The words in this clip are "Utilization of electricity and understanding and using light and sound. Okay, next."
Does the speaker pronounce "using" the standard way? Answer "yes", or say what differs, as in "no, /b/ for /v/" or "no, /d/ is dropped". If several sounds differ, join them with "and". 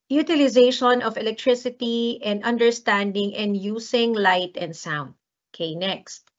no, /s/ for /z/